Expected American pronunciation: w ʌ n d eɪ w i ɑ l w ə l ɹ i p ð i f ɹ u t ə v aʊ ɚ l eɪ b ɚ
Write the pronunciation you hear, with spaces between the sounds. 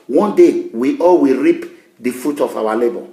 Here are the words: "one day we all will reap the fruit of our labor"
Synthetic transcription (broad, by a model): w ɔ n d eɪ w i ɑ l w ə ɹ i p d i f u t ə f aʊ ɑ l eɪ b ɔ